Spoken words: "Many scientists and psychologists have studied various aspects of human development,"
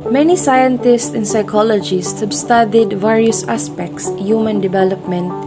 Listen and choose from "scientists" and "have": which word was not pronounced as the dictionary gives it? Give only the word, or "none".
have